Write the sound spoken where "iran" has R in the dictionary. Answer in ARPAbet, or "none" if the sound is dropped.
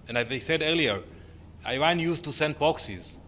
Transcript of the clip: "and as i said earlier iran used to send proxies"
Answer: W